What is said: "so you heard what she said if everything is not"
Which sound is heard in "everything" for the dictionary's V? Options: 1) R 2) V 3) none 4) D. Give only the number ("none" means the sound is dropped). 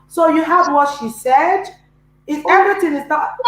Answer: 3